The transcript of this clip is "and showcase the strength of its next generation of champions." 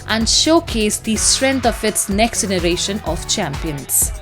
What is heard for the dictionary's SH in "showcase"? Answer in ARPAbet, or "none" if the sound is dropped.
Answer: SH